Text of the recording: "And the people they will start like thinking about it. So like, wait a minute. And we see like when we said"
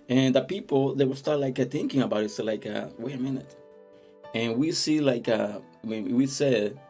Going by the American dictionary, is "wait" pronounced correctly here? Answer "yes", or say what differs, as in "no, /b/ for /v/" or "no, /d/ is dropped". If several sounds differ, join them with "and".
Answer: no, /t/ is dropped